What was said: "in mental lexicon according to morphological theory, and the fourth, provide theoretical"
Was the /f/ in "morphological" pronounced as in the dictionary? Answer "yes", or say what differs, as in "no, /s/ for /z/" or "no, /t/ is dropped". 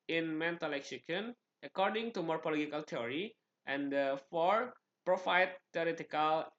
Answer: no, /p/ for /f/